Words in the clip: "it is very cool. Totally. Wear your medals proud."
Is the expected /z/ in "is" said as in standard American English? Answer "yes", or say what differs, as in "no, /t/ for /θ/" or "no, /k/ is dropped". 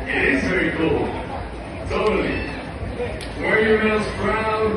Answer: yes